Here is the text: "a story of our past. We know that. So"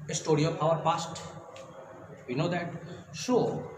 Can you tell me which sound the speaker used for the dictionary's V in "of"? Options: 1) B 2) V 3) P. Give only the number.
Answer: 3